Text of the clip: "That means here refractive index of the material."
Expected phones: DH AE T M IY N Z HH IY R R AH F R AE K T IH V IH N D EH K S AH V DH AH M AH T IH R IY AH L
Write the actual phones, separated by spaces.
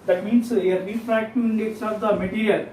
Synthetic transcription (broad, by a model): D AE T M IY N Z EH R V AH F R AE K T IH IH N D EH K S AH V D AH M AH T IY R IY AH L